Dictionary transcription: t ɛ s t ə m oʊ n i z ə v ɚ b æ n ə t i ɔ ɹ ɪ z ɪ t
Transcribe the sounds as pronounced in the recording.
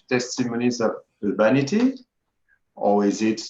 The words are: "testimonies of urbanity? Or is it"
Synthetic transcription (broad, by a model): t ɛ s t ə m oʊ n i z ə v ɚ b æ n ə t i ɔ w ɪ z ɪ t